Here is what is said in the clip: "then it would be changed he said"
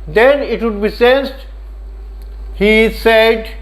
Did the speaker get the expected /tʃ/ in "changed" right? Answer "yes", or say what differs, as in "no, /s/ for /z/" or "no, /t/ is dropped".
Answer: no, /s/ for /tʃ/